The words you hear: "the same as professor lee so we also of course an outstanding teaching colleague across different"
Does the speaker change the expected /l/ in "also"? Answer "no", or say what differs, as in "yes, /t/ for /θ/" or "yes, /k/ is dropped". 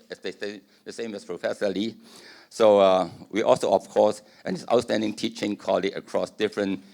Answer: no